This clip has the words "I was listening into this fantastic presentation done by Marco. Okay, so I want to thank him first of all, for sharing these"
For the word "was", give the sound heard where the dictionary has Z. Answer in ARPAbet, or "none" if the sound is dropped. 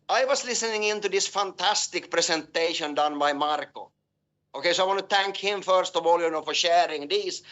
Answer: S